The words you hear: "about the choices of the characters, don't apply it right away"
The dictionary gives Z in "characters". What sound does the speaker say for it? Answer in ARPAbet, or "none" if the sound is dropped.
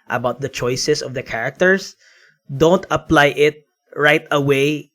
S